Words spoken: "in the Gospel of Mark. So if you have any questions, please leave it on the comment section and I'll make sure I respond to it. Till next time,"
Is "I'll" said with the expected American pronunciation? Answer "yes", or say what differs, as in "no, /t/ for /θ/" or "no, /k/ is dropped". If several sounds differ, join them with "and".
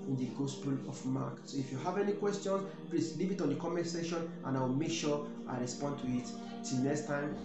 no, /w/ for /l/